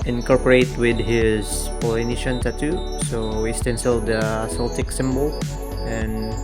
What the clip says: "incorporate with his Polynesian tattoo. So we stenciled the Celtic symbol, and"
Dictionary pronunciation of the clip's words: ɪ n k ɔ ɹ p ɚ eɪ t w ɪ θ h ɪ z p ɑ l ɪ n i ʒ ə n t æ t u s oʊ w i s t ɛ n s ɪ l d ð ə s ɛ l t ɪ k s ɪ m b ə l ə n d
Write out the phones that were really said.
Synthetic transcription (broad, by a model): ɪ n k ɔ ɹ p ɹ eɪ t w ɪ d h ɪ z p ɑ l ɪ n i ʃ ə n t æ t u s oʊ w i s t ɛ n s ɪ l d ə s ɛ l t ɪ k s ɪ m b ə l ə n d